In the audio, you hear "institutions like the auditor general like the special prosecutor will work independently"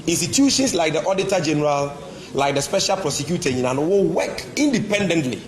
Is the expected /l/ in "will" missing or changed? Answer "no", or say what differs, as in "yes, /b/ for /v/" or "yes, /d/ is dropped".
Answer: yes, /w/ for /l/